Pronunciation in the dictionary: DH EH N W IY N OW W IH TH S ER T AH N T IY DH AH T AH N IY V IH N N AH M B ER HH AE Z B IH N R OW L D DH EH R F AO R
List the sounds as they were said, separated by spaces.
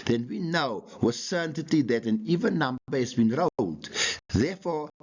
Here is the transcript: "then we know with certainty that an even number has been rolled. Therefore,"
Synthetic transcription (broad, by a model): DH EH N W IY N OW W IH S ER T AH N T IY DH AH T AH N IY V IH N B AH B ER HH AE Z B IH N R OW L D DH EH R F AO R